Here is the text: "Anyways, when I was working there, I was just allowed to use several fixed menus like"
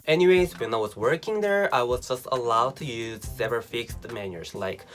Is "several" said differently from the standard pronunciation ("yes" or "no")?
yes